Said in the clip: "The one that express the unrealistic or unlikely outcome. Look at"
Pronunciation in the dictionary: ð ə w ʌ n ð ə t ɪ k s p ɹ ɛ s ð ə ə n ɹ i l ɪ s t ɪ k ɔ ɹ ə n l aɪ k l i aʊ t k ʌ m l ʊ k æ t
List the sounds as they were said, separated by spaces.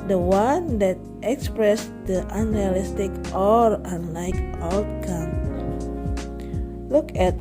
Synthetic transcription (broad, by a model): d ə w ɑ n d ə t ɪ k s p ɹ ɛ s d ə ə n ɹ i l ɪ s t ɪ k ɔ l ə n l aɪ k aʊ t k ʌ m l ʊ k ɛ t